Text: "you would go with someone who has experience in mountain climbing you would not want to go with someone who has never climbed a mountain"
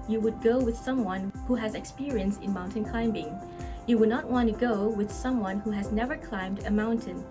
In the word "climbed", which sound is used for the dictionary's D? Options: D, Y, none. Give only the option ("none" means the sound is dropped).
D